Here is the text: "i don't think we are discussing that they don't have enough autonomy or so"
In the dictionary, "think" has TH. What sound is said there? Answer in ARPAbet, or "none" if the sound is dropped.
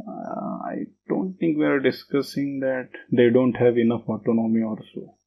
T